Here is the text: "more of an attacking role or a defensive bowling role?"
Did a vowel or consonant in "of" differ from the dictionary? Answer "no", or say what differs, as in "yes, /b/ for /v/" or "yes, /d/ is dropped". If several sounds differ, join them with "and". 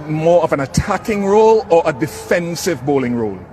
no